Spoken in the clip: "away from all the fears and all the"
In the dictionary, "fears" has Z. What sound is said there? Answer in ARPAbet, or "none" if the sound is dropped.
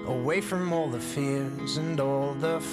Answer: Z